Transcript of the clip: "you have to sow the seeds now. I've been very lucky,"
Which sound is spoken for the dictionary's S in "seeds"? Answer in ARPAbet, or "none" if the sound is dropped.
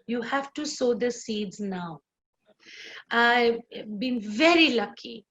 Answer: S